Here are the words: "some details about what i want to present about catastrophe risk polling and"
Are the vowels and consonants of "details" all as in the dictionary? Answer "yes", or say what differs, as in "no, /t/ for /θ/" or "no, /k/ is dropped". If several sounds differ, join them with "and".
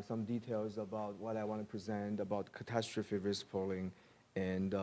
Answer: yes